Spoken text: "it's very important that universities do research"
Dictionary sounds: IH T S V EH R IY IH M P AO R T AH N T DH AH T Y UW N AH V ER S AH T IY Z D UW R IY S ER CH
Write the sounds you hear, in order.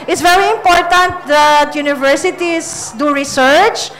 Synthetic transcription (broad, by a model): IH T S V EH R IY IH M P AO R T AH N T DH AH T Y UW N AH V ER S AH T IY S D UW R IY S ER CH